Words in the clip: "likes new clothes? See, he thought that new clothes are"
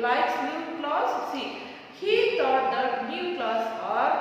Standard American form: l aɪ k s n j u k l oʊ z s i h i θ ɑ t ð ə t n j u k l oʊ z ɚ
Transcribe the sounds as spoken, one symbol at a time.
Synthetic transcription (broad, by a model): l aɪ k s n j u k l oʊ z s i h i t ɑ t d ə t n j u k l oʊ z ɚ